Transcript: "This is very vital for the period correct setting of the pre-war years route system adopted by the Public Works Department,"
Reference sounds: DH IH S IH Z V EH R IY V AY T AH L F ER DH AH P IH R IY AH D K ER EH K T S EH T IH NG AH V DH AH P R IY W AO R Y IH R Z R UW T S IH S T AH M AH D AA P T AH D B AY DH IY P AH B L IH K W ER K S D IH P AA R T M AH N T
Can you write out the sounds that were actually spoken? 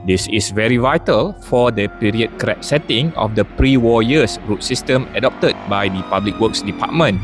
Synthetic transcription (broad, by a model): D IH S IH S V EH R IY V AY T AH L F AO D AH P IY R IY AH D K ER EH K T S EH T IH NG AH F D AH P R IY W AO Y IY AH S R UW T S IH S T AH M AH D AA P T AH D B AY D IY P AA B L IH K W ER K S D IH P AA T M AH N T